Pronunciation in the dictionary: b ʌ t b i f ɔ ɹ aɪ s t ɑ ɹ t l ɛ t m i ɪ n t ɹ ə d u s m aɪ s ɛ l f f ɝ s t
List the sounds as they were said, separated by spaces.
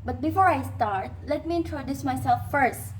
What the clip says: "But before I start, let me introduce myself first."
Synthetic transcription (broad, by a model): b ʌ t b i f ɔ ɹ aɪ s t ɑ ɹ t l ɛ t m i ɪ n t ɹ ə d u s m aɪ s ɛ l f f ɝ s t